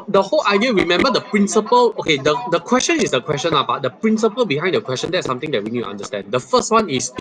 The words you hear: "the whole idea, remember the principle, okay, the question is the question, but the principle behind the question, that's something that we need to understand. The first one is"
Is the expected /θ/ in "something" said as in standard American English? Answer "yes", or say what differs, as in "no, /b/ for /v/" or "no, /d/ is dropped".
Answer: no, /t/ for /θ/